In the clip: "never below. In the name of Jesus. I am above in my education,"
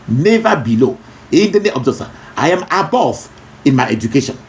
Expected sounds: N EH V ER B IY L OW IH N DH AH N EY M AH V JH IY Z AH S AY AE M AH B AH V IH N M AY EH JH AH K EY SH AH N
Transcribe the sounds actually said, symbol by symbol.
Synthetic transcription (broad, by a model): N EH V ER B IY L OW IH N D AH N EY AH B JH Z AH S AY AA M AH B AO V IH N M AY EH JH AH K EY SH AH N